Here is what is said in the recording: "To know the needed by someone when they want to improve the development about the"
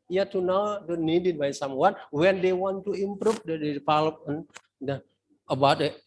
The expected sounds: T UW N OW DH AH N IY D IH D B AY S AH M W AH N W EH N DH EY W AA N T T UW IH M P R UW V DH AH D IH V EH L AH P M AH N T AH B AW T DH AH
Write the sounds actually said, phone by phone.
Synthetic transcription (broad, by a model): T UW N OW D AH N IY D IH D B AY S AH M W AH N W EH N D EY W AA N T T UW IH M P R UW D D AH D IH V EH L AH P AH N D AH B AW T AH